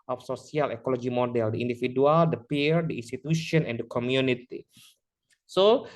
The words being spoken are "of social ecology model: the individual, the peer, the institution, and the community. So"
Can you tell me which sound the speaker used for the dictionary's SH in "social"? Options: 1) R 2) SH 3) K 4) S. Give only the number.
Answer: 4